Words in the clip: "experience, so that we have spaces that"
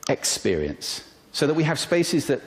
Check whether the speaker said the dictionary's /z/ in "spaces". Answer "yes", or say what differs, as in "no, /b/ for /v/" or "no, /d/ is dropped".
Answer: yes